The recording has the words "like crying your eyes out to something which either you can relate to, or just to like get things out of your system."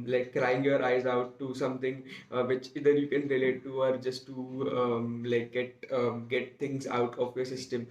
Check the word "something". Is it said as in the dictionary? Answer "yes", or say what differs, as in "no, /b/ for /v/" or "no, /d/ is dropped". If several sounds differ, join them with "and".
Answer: no, /t/ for /θ/